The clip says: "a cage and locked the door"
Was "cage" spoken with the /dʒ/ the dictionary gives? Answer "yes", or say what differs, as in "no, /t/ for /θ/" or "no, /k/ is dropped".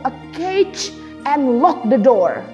no, /tʃ/ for /dʒ/